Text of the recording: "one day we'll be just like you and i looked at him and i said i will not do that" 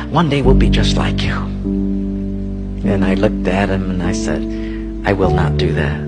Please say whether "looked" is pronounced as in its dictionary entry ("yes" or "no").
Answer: yes